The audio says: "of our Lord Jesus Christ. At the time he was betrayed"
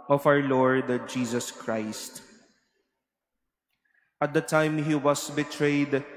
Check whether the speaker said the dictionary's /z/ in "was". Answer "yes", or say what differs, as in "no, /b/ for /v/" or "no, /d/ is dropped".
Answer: no, /s/ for /z/